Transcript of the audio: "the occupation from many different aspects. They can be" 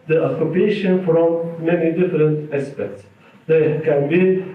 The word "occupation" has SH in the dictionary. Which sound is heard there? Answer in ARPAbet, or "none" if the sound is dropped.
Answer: SH